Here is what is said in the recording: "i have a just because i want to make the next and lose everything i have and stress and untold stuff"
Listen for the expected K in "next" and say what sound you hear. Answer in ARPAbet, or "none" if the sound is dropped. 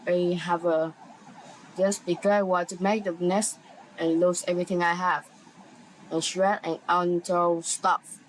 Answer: none